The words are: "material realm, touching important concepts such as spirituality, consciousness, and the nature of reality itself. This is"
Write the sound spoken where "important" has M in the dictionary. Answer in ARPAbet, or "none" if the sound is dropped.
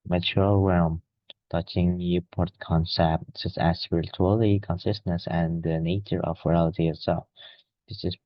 none